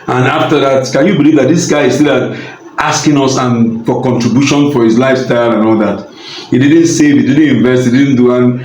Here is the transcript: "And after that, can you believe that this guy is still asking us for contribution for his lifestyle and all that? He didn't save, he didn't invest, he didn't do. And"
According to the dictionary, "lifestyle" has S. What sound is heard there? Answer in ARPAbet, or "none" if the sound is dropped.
S